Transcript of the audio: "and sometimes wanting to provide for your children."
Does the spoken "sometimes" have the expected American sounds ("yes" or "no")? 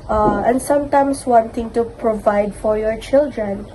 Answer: no